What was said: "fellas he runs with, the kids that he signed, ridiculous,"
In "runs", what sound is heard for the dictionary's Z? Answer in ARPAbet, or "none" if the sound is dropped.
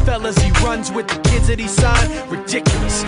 Z